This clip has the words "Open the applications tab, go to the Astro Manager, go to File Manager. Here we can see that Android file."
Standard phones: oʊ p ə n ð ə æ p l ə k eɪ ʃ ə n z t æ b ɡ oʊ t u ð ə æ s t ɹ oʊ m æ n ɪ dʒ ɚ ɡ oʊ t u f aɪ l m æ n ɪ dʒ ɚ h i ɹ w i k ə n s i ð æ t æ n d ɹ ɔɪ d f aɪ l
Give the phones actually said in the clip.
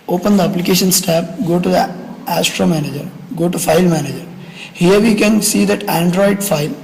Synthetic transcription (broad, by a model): oʊ p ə n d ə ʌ p l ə k eɪ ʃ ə n s t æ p ɡ oʊ t u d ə æ s t ɹ oʊ m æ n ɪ dʒ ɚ ɡ oʊ t u f aɪ l m æ n ɪ dʒ ɚ h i ɹ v i k ə n s i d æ t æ n d ɹ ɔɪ d f aɪ l